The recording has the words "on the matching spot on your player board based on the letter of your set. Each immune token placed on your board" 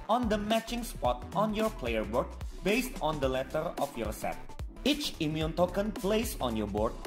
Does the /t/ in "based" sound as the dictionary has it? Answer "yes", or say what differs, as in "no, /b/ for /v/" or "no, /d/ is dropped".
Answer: yes